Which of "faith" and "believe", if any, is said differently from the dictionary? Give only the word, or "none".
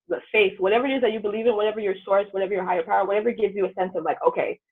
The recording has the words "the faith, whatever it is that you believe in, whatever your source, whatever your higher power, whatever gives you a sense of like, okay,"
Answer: none